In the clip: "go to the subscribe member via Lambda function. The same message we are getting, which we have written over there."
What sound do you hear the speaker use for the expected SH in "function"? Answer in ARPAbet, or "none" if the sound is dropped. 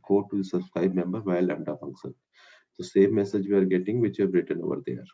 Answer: S